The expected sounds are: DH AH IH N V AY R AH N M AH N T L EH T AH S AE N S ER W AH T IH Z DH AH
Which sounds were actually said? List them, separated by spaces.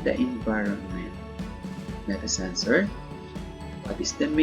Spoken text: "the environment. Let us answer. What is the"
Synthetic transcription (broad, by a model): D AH IH N V AY R AH N M AH N T N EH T AH S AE N S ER W AH T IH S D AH